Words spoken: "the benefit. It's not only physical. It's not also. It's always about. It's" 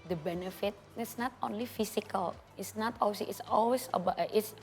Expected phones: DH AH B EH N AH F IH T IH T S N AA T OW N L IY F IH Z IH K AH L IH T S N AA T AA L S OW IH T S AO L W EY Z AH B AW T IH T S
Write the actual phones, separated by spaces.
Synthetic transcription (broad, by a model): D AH B EH N AH F IH T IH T S N AA T OW N L IY F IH S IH K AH L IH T S N AA T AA W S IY IH T S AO L W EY S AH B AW T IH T S